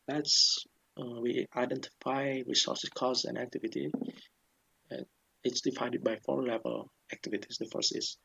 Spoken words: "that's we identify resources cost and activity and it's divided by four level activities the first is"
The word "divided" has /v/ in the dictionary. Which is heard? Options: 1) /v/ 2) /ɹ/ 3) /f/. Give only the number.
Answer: 3